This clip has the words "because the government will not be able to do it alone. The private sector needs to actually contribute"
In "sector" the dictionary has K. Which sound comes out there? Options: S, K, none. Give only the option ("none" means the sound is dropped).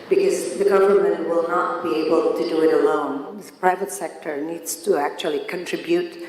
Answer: K